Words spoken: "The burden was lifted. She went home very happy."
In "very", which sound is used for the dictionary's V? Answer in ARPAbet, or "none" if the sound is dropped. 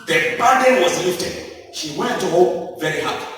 V